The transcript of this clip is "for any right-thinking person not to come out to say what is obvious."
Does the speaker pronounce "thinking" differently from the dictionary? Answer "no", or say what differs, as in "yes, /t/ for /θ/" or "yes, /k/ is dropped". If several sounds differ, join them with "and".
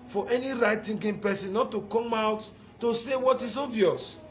yes, /t/ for /θ/